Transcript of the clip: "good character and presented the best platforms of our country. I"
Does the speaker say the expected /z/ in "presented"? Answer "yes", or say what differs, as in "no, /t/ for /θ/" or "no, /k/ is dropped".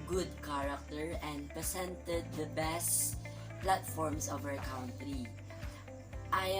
no, /s/ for /z/